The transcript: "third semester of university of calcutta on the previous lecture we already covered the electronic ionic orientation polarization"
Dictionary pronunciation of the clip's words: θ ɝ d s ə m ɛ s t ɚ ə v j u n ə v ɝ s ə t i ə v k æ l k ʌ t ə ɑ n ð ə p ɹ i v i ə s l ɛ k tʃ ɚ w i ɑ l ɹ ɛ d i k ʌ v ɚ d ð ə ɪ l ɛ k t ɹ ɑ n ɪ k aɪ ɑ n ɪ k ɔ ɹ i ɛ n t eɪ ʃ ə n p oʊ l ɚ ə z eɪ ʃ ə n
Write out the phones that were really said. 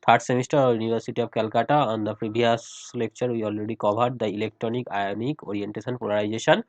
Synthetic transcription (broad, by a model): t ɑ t s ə m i s t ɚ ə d j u n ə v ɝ s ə t i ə b k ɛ l k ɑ t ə ɑ n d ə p ɹ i b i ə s l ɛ k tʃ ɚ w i ɑ l ɹ ɛ d i k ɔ b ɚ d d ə ɪ l ɛ k t ɹ ɑ n ɪ k aɪ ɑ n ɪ k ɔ ɹ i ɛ n t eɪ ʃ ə n p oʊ l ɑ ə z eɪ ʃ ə n